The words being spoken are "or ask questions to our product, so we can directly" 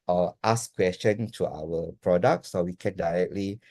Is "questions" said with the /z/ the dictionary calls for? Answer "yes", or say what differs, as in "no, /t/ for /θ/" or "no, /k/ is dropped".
no, /z/ is dropped